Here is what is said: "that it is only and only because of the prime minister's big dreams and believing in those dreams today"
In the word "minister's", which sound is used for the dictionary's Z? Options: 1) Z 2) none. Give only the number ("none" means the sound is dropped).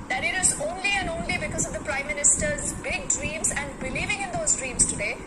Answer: 1